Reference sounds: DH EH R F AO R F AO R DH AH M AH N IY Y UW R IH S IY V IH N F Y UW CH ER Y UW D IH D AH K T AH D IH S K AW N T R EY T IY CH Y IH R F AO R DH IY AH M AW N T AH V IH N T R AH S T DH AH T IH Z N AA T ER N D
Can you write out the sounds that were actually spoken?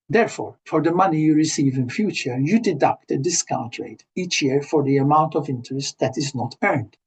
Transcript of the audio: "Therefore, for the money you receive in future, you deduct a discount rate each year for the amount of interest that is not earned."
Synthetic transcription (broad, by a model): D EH R F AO R F AO R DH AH M AH N IY Y UW R IH S IY V IH N F Y UW CH ER Y UW D IH D AH K T AH D IH S K AW N T R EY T IY CH Y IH R F AO R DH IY AH M AW N T AH V IH N T R AH S T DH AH T IH Z N AA T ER N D